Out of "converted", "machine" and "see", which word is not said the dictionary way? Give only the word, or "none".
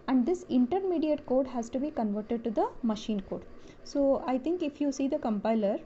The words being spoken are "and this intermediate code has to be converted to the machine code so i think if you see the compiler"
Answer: none